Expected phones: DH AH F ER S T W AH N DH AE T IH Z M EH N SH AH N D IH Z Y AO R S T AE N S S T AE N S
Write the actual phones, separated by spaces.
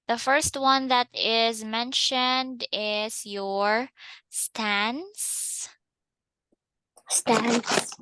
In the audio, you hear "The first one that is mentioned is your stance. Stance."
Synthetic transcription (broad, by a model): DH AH F ER S T W AH N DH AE T IH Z M EH N SH AH N D IH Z Y AO R S T AE N S S T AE N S